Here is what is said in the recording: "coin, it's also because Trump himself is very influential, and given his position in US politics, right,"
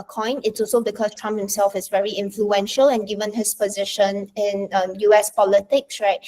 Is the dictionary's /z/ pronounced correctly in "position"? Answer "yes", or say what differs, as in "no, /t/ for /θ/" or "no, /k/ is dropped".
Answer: yes